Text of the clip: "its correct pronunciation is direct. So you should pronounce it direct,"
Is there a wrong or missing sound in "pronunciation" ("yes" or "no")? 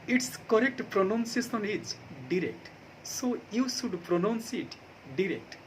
yes